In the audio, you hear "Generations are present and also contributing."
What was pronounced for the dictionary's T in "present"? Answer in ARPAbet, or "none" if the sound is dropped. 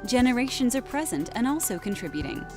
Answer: T